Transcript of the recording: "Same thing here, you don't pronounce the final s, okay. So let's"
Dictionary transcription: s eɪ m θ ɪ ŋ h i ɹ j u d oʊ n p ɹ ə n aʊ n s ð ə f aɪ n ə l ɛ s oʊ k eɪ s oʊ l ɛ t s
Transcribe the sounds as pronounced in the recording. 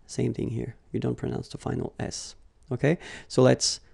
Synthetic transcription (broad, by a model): s eɪ m θ ɪ ŋ h i ɹ j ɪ d oʊ n p ɹ ə n aʊ n s ð ə f aɪ n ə l ɛ s oʊ k eɪ s oʊ l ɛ t s